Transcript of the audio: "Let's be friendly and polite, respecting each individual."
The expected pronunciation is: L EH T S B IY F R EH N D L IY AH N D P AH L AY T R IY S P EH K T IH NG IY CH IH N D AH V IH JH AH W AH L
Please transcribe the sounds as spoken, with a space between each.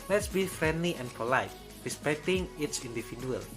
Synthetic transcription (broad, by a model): L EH T S B IY F R EH N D L IY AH N P AH L AY T R IY S P EH K T IH NG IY S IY N D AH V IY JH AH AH L